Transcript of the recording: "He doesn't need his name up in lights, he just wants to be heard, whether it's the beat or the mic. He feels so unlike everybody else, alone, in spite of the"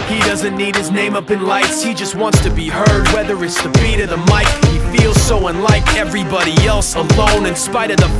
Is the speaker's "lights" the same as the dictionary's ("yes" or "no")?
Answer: yes